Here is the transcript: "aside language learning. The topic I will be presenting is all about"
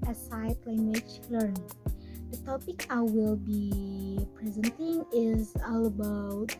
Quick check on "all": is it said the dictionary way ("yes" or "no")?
yes